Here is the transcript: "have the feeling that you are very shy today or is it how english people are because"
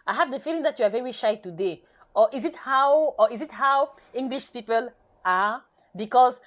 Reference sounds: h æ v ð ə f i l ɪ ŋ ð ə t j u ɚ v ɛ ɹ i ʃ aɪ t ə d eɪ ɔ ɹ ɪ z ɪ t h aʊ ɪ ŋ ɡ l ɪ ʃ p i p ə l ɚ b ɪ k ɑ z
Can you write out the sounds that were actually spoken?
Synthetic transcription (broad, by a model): h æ v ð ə f i l ɪ ŋ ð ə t j u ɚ v ɛ ɹ i ʃ aɪ t ə d eɪ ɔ w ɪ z ɪ t h aʊ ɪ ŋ ɡ l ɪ ʃ p i p ə l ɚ b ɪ k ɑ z